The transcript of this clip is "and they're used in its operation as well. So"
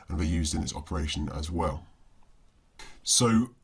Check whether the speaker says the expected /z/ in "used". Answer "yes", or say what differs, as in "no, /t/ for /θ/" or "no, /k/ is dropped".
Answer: yes